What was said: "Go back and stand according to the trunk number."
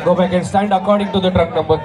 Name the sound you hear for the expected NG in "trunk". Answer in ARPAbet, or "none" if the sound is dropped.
none